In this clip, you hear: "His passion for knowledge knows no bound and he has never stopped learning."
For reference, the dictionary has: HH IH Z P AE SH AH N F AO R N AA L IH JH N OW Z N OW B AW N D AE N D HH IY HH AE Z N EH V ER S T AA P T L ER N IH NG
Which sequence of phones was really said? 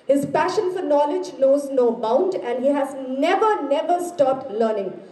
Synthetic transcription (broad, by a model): HH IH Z P AE SH AH N F AO R N AA L IH JH N OW Z N OW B AW N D AE N D HH IY HH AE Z N EH V ER S T AA P T L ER N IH NG